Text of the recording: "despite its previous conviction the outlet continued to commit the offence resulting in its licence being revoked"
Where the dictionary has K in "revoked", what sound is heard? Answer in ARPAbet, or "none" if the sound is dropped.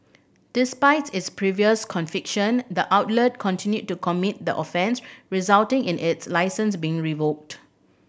K